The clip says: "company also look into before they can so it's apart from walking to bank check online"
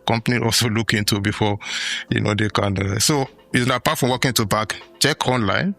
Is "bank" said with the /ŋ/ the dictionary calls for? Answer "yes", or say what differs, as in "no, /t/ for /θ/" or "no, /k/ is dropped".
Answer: no, /ŋ/ is dropped